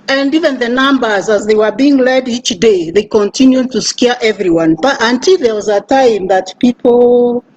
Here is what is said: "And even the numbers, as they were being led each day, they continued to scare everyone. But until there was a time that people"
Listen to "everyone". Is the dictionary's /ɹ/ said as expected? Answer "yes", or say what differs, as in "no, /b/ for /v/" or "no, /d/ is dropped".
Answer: yes